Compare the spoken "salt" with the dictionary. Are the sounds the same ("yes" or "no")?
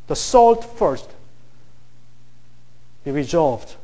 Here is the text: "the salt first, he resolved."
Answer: yes